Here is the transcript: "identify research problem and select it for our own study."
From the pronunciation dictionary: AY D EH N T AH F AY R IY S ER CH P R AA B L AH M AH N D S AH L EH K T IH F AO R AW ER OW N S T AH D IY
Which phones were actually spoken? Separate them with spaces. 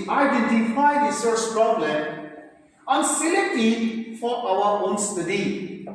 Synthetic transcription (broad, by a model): AY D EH N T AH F AY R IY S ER S P R AA B L AH M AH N S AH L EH T IH F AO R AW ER OW N S T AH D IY